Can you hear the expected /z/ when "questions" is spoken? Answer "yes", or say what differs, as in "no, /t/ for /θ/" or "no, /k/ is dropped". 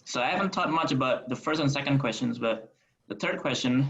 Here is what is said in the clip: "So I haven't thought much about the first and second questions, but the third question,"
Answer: yes